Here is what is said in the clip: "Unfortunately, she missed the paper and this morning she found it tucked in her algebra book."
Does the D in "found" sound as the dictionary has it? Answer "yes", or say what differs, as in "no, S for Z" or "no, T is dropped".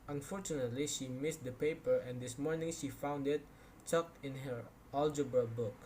yes